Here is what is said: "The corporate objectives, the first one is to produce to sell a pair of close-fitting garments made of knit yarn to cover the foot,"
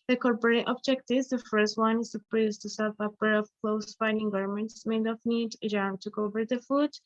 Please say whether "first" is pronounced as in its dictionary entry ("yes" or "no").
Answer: yes